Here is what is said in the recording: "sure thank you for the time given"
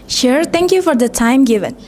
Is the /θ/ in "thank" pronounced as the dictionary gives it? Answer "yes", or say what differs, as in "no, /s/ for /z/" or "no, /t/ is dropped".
no, /t/ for /θ/